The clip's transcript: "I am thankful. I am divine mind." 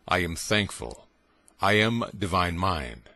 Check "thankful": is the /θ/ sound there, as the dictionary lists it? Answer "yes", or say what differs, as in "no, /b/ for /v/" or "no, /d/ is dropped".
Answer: yes